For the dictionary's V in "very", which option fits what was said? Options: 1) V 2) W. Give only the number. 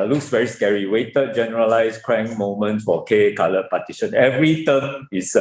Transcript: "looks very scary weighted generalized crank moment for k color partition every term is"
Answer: 2